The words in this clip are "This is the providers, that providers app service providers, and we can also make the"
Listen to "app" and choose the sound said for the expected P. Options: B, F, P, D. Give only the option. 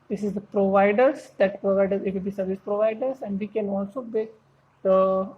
B